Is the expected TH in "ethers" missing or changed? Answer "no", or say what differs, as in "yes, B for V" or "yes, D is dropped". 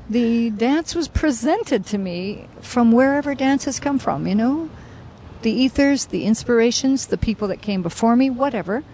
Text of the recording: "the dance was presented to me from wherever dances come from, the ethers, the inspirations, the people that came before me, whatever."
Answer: no